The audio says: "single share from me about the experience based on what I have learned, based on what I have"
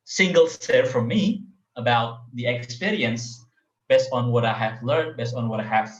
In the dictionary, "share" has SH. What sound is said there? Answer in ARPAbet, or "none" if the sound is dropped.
S